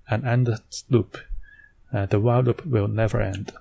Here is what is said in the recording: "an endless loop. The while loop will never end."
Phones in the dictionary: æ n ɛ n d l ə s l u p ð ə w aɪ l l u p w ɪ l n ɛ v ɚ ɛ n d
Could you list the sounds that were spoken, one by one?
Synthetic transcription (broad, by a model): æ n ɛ n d ə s l u p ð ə w aɪ l l u p w ɪ l n ɛ v ɚ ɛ n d